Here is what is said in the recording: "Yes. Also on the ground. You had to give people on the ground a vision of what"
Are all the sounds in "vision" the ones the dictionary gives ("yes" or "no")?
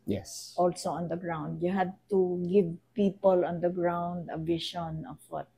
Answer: no